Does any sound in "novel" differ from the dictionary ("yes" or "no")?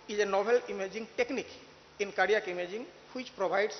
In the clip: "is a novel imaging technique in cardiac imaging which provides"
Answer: yes